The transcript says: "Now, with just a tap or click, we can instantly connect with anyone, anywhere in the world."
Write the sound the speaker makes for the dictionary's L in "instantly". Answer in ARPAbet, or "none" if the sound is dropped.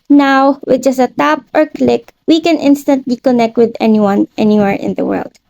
L